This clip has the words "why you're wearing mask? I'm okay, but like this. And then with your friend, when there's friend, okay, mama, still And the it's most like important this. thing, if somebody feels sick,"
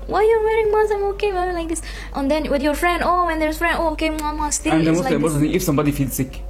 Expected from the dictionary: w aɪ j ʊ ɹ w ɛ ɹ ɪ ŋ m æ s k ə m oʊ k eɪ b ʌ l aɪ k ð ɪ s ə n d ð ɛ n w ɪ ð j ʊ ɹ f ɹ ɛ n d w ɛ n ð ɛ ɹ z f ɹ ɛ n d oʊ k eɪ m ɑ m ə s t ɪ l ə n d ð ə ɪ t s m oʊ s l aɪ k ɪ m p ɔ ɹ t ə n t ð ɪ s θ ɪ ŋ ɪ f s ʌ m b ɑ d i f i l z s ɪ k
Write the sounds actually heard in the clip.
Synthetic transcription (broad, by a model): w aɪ j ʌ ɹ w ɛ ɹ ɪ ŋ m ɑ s ə m oʊ k eɪ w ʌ l aɪ k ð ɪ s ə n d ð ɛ n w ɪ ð j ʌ ɹ f ɹ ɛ n d w ɛ n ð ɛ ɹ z f ɹ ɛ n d oʊ k eɪ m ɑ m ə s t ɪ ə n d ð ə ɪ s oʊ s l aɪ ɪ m ɔ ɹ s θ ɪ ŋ ɪ f s ʌ m b ɑ d i f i l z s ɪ k